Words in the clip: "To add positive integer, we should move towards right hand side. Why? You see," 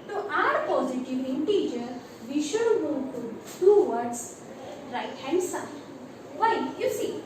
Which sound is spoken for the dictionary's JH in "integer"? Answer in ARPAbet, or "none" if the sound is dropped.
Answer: JH